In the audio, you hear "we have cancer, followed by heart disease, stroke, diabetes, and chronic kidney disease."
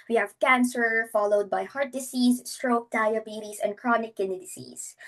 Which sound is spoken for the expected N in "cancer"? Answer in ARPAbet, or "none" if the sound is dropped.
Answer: N